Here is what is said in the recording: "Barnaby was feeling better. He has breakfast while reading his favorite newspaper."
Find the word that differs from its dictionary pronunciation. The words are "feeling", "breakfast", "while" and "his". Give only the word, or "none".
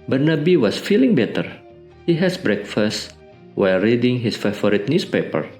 his